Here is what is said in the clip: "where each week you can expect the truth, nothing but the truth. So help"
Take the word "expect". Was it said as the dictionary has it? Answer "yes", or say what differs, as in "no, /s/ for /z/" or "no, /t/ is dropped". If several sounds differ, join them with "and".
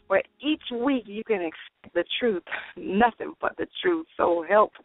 no, /p/ is dropped